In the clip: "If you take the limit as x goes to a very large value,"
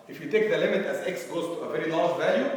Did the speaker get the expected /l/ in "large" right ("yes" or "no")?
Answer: no